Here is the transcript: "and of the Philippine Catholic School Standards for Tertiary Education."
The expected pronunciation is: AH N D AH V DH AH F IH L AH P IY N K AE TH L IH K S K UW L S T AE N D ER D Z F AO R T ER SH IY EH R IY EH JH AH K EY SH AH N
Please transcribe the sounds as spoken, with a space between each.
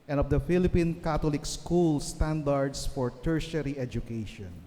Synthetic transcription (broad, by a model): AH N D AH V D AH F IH L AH P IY N K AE T L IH K S K UW L S T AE N D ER D S F AO R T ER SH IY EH R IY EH JH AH K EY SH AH N